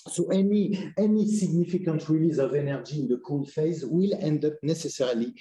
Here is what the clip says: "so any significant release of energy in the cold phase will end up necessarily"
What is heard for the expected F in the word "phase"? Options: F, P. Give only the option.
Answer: F